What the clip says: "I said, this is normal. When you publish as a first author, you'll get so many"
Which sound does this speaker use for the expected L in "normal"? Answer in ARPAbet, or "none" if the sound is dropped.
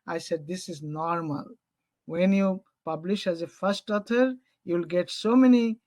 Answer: L